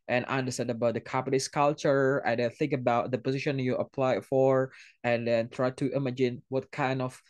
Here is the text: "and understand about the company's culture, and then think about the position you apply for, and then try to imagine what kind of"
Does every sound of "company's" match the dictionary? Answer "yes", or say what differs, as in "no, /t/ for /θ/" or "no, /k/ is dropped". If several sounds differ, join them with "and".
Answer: no, /m/ is dropped and /s/ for /z/